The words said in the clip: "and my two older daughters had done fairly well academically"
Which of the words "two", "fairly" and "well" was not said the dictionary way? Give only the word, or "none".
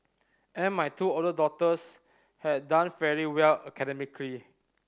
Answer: fairly